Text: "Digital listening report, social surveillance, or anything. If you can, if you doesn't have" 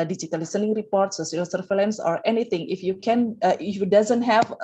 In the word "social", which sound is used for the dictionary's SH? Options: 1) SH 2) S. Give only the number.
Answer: 2